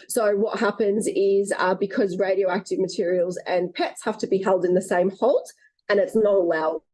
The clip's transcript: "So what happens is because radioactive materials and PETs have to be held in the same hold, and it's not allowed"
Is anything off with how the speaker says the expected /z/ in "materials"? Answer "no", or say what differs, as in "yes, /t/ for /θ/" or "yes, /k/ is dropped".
no